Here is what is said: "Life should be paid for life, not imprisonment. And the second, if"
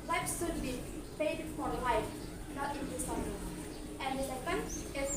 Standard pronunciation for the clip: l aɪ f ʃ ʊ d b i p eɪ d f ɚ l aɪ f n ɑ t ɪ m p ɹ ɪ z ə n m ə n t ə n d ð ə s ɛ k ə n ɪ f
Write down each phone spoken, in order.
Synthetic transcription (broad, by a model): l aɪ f s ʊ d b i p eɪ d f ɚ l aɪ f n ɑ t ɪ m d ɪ s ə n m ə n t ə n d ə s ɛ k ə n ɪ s